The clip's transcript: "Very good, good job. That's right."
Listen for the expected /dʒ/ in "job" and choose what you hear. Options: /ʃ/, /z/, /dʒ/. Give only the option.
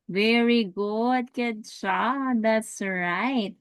/ʃ/